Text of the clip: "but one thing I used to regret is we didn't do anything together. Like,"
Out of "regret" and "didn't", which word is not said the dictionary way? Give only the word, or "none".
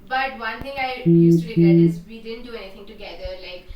regret